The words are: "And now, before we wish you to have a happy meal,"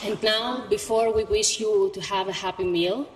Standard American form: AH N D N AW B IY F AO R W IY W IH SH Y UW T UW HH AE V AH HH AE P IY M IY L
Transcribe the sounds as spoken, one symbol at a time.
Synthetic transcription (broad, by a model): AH N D N AW B IY F AO R W IY W IH SH Y UW T UW HH AE V AH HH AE P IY M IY L